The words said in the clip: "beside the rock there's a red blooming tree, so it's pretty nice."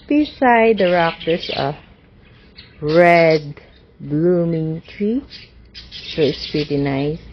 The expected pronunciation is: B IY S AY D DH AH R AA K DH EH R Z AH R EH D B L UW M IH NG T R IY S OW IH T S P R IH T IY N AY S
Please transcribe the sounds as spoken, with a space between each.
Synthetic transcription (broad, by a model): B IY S AY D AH R AA K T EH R S AH R EH D B L UW M IH NG T R IY S OW IH T S P R IH T IY N AY S